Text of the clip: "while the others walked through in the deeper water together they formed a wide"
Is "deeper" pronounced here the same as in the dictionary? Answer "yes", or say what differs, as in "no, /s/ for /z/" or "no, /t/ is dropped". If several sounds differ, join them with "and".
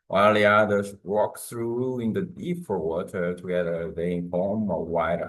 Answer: no, /f/ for /p/